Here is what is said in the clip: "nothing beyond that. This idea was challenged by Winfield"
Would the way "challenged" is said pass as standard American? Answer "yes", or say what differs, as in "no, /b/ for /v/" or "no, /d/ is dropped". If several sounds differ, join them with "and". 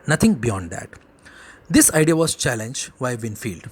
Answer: yes